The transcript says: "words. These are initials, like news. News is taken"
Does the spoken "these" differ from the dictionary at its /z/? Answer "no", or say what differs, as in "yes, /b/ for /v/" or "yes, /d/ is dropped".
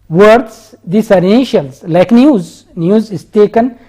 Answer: yes, /s/ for /z/